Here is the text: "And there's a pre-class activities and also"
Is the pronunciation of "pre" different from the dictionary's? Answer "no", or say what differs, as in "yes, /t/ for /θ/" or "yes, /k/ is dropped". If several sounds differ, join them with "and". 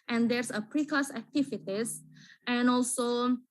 no